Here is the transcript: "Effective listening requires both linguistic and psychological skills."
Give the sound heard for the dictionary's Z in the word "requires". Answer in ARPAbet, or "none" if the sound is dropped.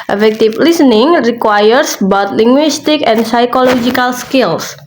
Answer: S